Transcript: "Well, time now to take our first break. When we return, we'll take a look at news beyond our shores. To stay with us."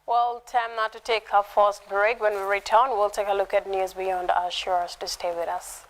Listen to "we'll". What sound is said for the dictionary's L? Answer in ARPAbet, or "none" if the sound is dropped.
L